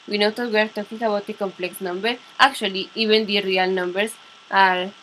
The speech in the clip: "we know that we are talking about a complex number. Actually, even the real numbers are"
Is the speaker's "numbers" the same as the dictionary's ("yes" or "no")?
no